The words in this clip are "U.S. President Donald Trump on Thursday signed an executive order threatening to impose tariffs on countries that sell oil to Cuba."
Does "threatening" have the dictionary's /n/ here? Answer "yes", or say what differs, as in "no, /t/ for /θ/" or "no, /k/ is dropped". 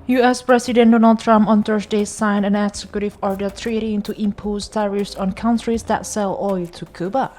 no, /n/ is dropped